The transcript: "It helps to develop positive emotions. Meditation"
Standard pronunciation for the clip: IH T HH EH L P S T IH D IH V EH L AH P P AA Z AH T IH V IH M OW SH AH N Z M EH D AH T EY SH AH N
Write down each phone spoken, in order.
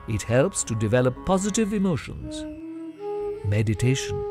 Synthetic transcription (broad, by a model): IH T HH EH L P S T IH D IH V EH L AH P P AA Z AH T IH V IH M OW SH AH N Z M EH D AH T EY SH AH N